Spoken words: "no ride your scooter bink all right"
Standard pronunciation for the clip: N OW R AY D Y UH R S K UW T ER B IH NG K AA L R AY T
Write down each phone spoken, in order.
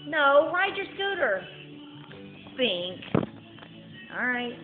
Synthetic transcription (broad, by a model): N OW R AY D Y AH R S UW T ER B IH NG K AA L R AY T